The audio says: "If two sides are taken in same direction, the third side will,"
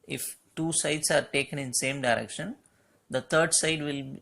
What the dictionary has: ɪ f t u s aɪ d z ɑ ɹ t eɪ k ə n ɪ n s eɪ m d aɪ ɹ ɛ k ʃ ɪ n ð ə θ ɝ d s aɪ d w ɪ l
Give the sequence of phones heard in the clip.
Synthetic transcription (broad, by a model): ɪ f t u s aɪ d s ɑ ɹ t eɪ k ə n ɪ n s eɪ m d aɪ ɹ ɛ k ʃ ɪ n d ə t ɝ d s aɪ d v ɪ l